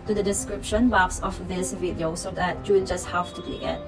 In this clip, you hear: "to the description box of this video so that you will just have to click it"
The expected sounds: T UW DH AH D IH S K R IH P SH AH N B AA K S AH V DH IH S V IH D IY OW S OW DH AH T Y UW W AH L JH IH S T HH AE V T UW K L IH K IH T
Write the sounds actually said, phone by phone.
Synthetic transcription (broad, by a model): T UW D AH D IH S K R IH P SH AH N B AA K S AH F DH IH S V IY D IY OW S OW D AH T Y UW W JH IH S T HH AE F T UW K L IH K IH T